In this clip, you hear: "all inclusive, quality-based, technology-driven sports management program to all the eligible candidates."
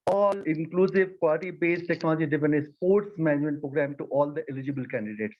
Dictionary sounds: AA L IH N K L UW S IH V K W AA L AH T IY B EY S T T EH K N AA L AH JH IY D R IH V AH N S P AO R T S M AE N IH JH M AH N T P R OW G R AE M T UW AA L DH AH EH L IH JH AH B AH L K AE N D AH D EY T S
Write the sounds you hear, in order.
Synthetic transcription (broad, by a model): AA L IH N K L UW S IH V K W AA L AH T IY B EY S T T EH K N AA L AH JH IY D IH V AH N S P AO R T S M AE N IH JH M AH N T P R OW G R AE M T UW AA L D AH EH L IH JH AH B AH L K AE N D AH D EY T S